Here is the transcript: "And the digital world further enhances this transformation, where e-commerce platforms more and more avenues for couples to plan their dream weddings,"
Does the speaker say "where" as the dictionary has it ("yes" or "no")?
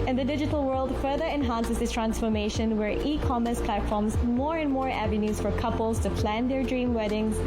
yes